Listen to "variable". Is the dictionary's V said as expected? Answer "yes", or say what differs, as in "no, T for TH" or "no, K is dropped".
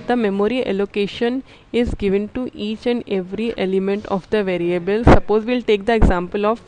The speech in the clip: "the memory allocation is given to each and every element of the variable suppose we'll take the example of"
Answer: yes